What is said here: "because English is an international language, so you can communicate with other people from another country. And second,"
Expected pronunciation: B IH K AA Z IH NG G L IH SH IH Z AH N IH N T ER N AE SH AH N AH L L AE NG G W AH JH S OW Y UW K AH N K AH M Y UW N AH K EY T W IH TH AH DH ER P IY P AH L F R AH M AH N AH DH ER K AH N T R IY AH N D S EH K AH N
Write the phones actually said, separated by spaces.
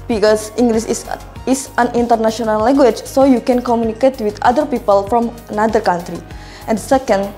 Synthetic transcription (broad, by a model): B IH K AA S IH NG G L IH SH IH S AH N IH N T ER N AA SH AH N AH L L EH NG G W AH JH S OW Y UW K AH N K AH M Y UW N AH K EY T W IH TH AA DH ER P IY P AH L F R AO M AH N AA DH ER K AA N T R IY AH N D S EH K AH N